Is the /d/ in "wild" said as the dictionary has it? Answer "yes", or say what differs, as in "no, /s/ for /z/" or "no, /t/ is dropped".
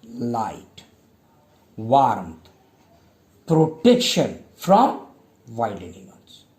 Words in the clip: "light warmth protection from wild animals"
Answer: no, /d/ is dropped